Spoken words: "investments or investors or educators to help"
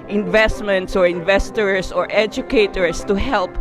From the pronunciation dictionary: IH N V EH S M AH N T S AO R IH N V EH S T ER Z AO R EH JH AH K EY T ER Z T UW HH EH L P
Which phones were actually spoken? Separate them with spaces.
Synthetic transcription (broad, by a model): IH N V EH S M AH N T S AO R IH N V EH S T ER S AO R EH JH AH K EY T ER S T UW HH EH L P